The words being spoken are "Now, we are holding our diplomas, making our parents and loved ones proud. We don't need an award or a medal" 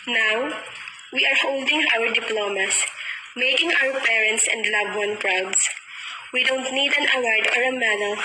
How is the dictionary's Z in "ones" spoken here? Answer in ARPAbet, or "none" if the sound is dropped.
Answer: none